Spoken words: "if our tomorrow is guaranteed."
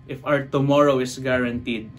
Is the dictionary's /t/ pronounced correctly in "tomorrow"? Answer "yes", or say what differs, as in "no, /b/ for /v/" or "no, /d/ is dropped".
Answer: yes